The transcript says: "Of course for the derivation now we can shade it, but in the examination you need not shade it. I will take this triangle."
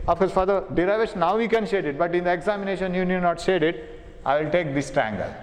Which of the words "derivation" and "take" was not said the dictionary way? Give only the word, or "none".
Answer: derivation